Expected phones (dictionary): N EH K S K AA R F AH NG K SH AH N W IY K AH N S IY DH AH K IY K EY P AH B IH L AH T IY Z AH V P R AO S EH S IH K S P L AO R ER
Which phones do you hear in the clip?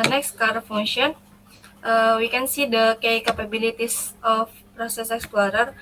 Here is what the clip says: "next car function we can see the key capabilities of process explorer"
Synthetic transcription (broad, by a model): N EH K S K AA R F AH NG SH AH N W IY K AH N S IY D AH K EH K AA P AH B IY L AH T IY S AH F P R AO S EH S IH K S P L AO R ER